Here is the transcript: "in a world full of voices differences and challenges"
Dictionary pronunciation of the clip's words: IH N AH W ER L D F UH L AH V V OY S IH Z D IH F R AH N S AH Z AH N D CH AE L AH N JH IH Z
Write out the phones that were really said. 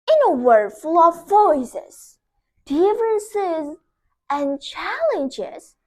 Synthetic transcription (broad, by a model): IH N AH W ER D F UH L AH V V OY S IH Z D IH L R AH N S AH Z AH N CH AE L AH N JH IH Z